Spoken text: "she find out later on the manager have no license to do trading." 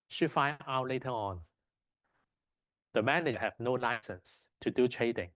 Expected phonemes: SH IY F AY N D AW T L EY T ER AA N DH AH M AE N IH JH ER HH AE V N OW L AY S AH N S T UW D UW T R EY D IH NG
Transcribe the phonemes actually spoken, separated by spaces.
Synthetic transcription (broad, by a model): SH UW F AY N AW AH L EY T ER AA N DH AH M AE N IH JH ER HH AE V N OW L AY S AH N S T UW D UW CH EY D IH NG